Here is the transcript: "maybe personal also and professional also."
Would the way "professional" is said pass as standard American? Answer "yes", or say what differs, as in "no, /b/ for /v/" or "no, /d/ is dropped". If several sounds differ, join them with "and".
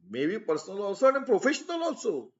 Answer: yes